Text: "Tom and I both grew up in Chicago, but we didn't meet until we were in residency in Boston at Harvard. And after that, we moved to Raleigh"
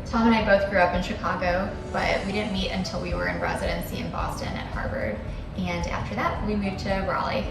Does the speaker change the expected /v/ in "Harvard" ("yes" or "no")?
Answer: yes